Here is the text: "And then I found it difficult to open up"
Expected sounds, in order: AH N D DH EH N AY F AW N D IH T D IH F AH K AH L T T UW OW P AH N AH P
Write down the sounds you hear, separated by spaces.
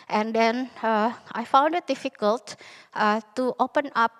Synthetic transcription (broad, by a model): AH N D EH N AY F AW N D IH T D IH F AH K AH L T T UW OW P AH N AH P